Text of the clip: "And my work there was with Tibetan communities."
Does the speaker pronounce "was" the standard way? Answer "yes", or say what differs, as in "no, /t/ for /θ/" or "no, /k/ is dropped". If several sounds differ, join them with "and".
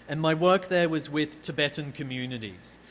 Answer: yes